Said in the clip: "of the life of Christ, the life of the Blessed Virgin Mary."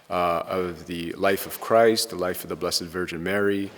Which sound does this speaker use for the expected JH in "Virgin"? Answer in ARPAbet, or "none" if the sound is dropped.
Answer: JH